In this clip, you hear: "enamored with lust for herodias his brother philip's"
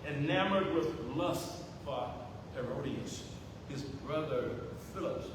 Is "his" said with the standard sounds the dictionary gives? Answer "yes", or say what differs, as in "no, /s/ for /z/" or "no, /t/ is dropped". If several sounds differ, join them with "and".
yes